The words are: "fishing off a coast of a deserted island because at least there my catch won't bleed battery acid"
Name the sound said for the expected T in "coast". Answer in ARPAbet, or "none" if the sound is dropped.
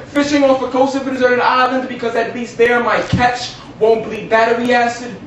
none